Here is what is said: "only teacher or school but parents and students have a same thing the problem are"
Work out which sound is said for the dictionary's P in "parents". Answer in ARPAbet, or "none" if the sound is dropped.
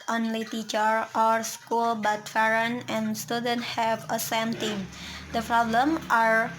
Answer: F